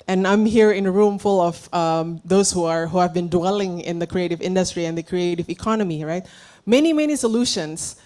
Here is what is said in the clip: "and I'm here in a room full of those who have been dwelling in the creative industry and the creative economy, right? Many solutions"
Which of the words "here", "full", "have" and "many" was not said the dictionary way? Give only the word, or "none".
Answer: none